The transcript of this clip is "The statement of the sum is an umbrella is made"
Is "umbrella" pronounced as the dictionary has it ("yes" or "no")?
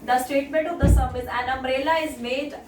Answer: no